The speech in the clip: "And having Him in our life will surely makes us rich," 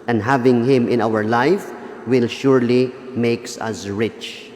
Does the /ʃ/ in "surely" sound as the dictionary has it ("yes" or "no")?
yes